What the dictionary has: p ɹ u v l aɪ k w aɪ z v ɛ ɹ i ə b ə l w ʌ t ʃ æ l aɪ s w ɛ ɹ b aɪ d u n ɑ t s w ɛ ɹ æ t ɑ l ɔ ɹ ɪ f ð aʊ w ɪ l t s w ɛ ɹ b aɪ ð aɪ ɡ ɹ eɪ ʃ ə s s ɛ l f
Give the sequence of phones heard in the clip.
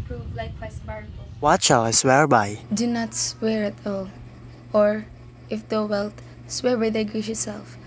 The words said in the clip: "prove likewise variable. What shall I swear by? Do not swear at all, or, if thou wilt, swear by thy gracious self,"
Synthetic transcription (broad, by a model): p ɹ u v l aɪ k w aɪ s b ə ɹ w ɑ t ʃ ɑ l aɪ s w ɛ ɹ b aɪ d u n ɑ t s w ɛ ɹ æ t ɑ l ɔ ɹ ɪ f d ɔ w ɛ l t s w ɛ ɹ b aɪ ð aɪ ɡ eɪ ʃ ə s s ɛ l f